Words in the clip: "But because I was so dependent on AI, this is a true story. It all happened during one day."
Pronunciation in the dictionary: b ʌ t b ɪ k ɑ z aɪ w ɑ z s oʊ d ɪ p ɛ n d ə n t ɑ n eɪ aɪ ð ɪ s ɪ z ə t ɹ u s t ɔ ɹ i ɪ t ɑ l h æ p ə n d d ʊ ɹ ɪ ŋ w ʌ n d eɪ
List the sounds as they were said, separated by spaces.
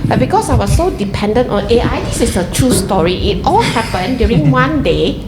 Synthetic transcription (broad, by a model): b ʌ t b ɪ k ɑ s aɪ w ɑ s oʊ d ɪ p ɛ n d ə n t ɑ n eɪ aɪ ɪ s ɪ s ə t ɹ u s t ɔ ɹ i ɪ t ɑ l h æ p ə n d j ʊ ɹ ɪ ŋ w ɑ n d eɪ